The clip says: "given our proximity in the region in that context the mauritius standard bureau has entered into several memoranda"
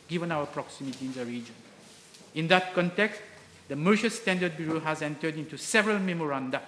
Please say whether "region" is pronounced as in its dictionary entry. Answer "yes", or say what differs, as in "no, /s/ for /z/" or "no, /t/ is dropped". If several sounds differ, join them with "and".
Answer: yes